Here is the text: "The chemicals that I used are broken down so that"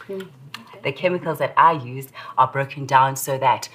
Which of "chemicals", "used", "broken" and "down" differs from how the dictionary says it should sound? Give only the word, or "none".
none